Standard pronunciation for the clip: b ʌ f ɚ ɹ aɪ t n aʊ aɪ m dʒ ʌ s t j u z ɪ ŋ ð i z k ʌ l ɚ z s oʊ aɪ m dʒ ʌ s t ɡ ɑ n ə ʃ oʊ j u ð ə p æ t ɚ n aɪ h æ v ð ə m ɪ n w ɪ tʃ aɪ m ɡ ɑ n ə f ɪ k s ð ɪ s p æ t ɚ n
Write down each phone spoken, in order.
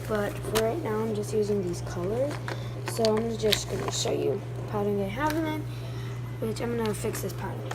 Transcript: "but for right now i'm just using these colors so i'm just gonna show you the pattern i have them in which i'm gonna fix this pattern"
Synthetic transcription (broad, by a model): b ʌ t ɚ ɹ aɪ t n aʊ aɪ m dʒ ʌ s t j u z ɪ ŋ ð i z k ʌ l ɚ z s oʊ aɪ m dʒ ʌ s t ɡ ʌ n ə ʃ oʊ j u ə p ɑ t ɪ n aɪ h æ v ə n ɪ n w ɪ tʃ aɪ m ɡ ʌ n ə f ɪ k s ð ɪ s p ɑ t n